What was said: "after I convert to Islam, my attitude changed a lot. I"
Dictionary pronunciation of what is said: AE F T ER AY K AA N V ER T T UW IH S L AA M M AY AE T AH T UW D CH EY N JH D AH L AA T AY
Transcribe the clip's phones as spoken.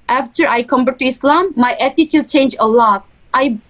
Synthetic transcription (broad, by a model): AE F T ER AY K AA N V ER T T UW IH S L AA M M AY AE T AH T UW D CH EY N JH AH L AA T AY